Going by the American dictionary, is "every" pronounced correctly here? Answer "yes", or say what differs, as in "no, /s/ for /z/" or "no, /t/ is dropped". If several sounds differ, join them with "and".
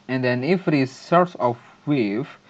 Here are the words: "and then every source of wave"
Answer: no, /f/ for /v/